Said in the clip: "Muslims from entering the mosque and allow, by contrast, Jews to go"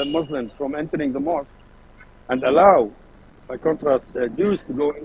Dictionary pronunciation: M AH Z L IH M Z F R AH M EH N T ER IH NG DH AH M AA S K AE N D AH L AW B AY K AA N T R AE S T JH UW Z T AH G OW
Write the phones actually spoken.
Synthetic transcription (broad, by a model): M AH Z L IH M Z F R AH M EH N T ER IH NG DH AH M AA S K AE N D AH L AW B AY K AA N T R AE S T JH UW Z T AH G OW